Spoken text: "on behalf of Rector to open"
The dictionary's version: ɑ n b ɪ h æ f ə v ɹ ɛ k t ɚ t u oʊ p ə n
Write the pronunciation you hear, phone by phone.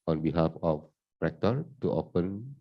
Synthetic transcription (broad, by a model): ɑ n b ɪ h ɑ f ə p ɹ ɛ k t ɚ t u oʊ p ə n